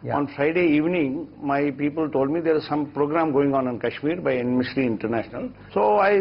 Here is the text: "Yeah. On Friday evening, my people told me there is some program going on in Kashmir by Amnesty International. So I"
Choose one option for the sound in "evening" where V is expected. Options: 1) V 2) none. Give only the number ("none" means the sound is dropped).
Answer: 1